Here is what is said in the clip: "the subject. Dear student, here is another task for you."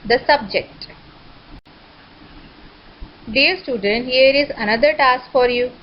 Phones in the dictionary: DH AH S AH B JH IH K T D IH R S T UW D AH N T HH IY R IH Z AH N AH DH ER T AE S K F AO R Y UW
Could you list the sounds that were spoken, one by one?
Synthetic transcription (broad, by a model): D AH S AH B JH IH K T D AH R S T UW D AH N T HH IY R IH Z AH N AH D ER T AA S K F AO R Y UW